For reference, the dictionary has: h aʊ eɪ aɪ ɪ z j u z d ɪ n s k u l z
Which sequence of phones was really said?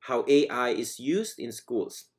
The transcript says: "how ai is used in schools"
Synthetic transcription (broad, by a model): h aʊ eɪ aɪ ɪ z j u z d ɪ n s k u l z